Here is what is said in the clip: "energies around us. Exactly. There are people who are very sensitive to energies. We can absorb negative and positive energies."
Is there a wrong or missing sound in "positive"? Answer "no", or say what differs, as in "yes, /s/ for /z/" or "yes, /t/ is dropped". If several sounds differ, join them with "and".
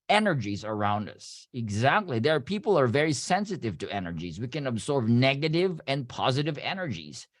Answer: no